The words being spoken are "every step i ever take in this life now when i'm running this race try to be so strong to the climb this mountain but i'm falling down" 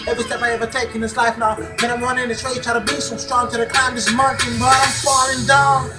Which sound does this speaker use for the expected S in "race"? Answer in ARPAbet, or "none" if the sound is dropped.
none